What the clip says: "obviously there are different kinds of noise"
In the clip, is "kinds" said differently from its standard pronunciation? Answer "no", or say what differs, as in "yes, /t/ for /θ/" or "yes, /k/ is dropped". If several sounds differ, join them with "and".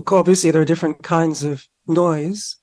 no